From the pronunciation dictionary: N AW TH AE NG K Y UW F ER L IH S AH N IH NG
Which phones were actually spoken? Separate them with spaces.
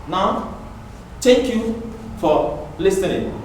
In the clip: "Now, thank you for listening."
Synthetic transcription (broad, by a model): N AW T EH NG K Y UW F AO L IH S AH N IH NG